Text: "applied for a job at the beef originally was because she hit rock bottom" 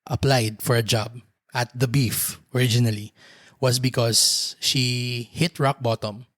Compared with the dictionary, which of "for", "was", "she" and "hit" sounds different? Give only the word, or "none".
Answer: was